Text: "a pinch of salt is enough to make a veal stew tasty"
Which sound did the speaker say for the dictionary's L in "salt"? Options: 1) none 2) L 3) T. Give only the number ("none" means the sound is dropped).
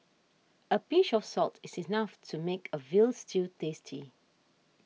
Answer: 2